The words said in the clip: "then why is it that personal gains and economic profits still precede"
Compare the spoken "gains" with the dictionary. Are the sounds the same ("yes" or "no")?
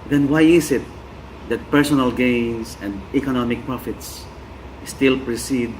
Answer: no